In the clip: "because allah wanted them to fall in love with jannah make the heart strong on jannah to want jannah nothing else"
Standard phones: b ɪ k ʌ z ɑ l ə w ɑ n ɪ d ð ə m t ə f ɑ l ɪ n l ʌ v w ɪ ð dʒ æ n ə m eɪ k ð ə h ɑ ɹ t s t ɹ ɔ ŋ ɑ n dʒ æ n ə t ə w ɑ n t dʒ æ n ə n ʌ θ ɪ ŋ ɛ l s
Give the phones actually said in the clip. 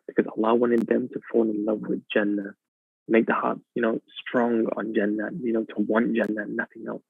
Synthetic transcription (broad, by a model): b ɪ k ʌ z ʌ l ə w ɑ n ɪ d ð ə m t ə f ɑ l ɪ n l ʌ v w ɪ ð dʒ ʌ n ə m eɪ k ð ə h ɑ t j s t ɹ ɔ ŋ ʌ n dʒ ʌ n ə t ə w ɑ n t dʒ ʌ n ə n ʌ θ ɪ ŋ ɛ l s